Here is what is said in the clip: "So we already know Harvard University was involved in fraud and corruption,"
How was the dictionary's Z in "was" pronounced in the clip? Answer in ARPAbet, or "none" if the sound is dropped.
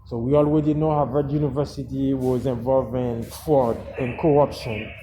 Z